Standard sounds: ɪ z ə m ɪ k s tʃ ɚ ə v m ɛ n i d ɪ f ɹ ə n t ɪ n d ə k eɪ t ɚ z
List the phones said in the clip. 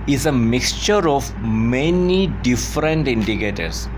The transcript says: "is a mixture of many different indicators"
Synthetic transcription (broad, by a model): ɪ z ə m ɪ k s tʃ ɚ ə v m ɛ n i d ɪ f ɹ ə n t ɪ n d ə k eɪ t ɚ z